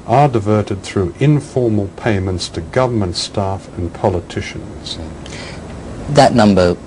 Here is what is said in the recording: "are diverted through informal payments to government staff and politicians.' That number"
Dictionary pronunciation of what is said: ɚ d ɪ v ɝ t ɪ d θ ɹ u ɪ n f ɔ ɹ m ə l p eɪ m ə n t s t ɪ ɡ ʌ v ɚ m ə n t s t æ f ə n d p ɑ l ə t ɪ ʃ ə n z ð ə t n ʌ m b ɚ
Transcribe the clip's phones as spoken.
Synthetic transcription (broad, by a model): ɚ d ɪ v ɝ t ɪ d θ ɹ u ɪ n f ɔ ɹ m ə l p eɪ m ə n t s t ɪ ɡ ʌ v ɚ m ə n t s t æ f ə n p ɑ l ə t ɪ ʃ ə n z ð ə t n ʌ m b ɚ